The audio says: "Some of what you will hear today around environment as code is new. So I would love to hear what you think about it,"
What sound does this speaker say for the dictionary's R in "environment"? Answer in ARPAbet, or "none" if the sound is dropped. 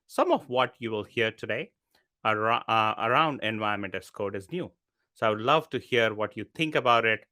none